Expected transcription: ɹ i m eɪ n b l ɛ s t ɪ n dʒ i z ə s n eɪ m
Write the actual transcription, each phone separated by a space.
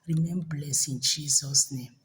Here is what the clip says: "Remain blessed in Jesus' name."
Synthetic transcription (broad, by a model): ɹ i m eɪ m b l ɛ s ɪ n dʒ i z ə s n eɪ m